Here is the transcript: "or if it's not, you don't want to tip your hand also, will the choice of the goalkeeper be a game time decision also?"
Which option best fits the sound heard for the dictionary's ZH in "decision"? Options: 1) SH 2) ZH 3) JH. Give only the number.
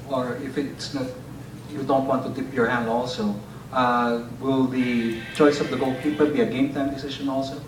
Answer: 1